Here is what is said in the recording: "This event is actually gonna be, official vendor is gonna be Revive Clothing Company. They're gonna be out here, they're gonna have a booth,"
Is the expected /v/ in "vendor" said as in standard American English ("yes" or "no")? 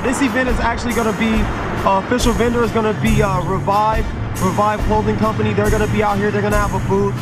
yes